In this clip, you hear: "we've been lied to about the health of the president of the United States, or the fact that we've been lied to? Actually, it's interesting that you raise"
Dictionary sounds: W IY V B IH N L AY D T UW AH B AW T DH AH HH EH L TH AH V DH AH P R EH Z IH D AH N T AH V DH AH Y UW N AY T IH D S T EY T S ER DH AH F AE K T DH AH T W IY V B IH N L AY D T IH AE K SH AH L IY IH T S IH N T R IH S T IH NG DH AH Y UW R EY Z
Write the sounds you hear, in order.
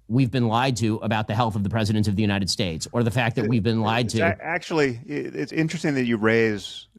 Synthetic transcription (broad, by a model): W IY V B IH N L AY D T UW AH B AW T DH AH HH EH L TH AH V DH AH P R EH Z IH D AH N T AH V DH AH Y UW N AY T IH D S T EY T S ER DH AH F AE K DH AH T W IY V B IH N L AY D T IH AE K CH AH L IY IH T S IH N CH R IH S T IH NG DH AH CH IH R EY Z